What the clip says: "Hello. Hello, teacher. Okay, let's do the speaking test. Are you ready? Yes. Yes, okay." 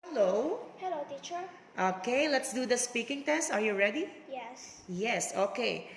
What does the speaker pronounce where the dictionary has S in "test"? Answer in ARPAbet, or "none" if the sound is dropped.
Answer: S